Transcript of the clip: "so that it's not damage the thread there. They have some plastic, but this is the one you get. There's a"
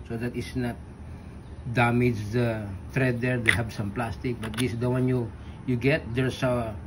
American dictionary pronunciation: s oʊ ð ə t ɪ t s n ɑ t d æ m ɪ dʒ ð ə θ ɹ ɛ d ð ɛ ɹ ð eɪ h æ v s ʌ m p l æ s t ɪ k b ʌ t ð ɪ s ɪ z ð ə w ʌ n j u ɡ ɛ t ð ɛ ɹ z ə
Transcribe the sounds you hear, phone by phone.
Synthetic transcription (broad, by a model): s oʊ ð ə t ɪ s n ɑ t d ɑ m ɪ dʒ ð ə t ɹ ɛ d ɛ ɹ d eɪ h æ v s ʌ m p l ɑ s t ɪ k b ʌ t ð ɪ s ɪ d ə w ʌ n j u ɡ ɛ t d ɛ ɹ s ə